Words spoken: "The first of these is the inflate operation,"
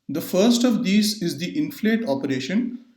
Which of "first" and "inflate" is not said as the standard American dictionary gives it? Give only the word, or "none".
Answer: none